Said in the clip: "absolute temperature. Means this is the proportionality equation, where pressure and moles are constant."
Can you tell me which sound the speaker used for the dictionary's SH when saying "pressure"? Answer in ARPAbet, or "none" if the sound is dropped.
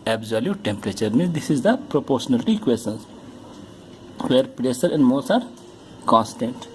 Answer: S